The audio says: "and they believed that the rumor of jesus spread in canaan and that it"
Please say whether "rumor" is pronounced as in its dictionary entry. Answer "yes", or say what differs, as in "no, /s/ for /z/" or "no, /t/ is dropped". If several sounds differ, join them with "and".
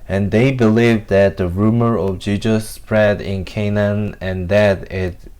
yes